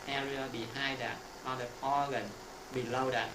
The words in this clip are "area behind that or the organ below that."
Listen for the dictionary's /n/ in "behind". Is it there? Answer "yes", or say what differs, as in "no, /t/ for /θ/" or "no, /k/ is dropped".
no, /n/ is dropped